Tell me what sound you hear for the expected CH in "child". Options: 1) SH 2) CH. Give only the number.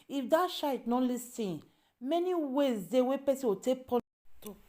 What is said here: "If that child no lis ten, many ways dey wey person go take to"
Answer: 1